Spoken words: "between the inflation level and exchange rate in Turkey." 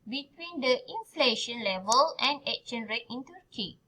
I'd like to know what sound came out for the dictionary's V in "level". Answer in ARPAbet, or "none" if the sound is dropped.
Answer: V